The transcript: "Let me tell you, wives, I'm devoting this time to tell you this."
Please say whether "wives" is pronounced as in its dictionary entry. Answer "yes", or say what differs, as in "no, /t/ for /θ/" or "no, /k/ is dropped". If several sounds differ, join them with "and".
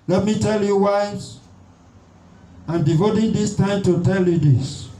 no, /v/ is dropped